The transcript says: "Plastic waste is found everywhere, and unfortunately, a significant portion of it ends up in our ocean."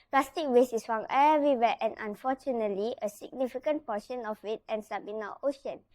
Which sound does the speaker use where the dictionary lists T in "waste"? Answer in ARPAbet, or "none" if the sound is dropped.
none